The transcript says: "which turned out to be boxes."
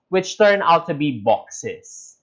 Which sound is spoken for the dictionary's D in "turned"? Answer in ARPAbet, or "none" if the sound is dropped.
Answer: none